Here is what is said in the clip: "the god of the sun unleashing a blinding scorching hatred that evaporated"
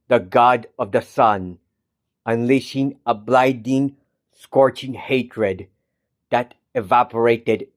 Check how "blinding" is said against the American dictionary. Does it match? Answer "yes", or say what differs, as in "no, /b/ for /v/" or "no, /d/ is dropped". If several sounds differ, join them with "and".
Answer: no, /n/ is dropped